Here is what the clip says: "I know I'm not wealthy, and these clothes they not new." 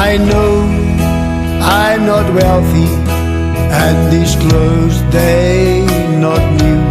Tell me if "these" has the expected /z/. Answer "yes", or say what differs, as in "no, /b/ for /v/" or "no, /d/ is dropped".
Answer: no, /s/ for /z/